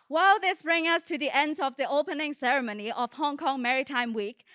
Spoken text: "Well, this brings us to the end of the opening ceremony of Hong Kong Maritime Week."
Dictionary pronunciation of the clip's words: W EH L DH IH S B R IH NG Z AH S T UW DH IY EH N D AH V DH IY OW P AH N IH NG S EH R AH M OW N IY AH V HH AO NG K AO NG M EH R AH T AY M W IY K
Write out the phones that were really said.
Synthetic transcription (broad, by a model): W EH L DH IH S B R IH NG AH S T UW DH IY EH N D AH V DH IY OW P AH N IH NG S EH R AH M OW N IY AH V HH AO NG K AO NG M EH R AH T AY M W IY K